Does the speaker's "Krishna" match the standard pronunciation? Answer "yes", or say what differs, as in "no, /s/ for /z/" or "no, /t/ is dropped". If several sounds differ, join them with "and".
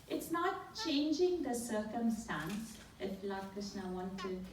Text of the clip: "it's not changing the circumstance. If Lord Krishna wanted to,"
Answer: no, /ɹ/ is dropped and /s/ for /ʃ/